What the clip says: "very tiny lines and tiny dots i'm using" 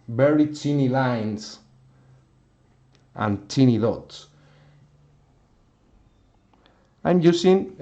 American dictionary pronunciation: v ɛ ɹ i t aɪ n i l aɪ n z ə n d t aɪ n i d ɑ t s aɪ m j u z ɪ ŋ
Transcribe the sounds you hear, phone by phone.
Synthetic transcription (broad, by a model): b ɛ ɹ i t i n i l aɪ n s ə n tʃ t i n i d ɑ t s aɪ m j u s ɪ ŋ